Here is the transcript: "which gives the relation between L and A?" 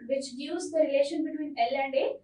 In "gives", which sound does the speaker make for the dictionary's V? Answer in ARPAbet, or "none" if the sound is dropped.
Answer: none